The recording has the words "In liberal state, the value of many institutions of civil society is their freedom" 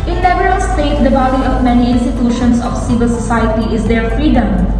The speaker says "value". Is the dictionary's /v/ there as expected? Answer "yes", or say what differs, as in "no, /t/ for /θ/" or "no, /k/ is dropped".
no, /b/ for /v/